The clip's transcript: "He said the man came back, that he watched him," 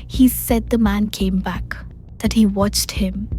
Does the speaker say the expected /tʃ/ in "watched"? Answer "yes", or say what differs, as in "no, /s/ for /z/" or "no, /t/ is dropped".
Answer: yes